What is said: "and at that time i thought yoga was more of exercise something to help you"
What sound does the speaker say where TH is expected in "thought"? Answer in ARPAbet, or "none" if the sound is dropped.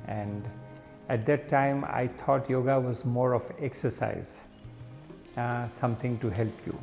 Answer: T